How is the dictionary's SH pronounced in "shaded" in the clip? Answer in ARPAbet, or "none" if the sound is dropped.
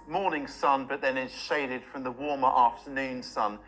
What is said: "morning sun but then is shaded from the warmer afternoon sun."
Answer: SH